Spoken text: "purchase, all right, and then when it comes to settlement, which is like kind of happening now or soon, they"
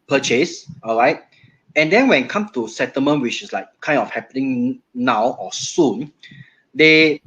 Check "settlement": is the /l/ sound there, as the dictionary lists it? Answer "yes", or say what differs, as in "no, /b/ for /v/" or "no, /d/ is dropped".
no, /l/ is dropped